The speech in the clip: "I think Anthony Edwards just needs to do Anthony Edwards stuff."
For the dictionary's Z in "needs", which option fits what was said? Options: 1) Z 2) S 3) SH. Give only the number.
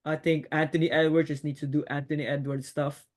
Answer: 2